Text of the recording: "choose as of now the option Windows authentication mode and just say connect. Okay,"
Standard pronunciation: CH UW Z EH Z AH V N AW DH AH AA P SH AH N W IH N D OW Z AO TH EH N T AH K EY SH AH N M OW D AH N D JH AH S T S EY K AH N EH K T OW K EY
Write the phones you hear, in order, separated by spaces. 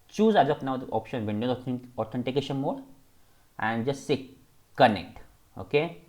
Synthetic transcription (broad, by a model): CH UW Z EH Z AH P N AW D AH AA P SH AH N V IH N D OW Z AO T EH N T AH K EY SH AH N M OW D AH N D JH AH S T S EY K AH N EH K T OW K EY